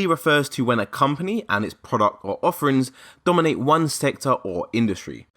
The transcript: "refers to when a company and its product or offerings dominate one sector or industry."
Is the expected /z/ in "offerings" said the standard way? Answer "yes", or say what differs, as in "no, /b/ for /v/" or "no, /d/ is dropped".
yes